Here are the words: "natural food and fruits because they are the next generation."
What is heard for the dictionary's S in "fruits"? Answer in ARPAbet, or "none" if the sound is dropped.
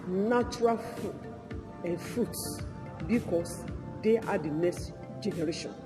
S